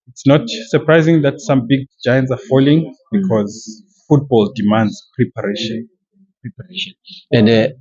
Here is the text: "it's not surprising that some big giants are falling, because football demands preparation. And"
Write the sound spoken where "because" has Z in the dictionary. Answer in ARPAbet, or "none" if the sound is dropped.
Z